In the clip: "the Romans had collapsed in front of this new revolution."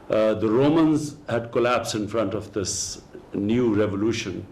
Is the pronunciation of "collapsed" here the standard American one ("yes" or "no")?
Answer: no